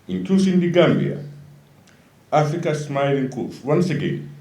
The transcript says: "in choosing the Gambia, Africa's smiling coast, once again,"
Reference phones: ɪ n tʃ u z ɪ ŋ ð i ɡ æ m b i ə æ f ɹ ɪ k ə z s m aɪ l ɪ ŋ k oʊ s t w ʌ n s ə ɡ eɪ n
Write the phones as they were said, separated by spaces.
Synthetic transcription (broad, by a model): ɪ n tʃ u s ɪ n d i ɡ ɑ m b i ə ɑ f ɹ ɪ k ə s m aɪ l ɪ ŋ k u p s w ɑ n s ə ɡ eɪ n